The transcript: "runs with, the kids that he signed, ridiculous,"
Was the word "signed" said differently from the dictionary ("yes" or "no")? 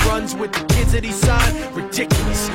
yes